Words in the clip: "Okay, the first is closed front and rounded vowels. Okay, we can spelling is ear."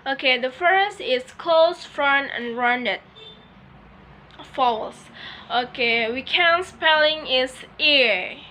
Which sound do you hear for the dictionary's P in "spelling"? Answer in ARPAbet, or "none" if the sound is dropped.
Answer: P